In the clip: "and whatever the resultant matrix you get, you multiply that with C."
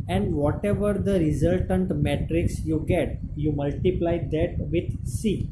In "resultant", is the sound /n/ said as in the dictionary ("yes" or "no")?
yes